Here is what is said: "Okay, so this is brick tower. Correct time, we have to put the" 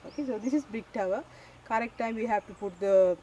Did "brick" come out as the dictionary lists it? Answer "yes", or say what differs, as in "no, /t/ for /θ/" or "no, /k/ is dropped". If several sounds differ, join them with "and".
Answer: no, /ɹ/ is dropped